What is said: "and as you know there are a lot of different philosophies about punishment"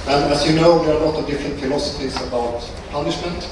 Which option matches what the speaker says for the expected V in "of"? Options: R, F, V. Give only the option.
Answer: V